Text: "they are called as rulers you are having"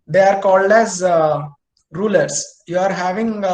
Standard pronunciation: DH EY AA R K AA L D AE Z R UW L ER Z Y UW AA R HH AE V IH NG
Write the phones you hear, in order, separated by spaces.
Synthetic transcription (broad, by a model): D EY AA R K AA L D AE Z R UW L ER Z Y UW AA R HH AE V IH NG